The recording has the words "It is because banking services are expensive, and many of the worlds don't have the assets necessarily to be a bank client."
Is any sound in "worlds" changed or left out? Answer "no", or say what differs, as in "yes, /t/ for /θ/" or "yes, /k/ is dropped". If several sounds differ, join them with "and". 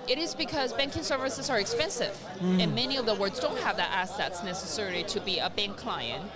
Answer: yes, /l/ is dropped